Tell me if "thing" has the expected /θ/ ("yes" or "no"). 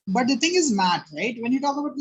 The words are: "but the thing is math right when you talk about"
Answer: no